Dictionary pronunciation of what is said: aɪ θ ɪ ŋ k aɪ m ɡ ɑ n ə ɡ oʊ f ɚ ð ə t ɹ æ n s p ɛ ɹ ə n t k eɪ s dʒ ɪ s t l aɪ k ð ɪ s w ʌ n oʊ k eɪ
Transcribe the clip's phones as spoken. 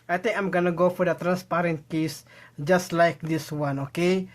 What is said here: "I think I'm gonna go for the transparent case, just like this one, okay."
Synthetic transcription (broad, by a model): aɪ t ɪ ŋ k aɪ m ɡ ɑ n ə ɡ oʊ f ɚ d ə t ɹ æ n s p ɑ ɹ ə n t k eɪ s dʒ ɪ s t l aɪ k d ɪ s w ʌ n oʊ k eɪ